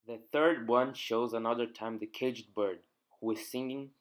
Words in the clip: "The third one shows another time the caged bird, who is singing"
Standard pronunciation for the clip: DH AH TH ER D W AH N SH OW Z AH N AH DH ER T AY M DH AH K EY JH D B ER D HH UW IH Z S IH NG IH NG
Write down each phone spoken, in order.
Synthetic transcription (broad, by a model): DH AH TH ER D W AH N SH OW Z AH N AH DH ER T AY M DH AH K EY JH D B ER D HH UW IH Z S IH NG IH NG